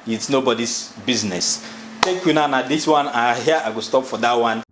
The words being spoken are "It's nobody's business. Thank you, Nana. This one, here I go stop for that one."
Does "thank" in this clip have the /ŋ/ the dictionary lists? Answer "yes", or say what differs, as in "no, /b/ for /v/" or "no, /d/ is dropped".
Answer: no, /ŋ/ is dropped